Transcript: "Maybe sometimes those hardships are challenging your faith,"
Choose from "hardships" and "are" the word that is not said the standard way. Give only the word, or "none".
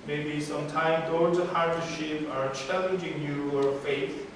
hardships